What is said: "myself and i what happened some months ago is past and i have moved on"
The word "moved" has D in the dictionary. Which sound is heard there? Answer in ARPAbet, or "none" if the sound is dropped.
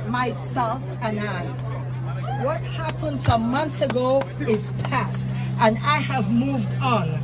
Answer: D